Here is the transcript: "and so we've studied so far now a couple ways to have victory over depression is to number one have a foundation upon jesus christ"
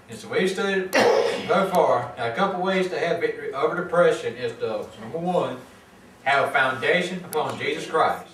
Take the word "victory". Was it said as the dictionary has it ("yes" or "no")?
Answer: no